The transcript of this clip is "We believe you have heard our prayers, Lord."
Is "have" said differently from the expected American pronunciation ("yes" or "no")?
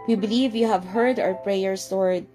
no